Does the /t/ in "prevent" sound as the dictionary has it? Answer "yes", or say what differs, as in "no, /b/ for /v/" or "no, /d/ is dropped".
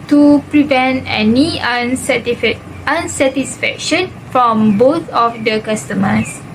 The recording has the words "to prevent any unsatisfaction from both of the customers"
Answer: yes